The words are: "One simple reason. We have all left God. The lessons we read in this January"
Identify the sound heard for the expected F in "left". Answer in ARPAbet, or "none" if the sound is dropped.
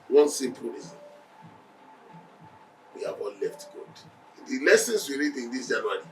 F